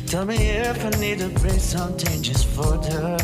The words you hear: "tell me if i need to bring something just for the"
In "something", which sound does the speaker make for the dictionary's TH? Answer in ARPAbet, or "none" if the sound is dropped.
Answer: T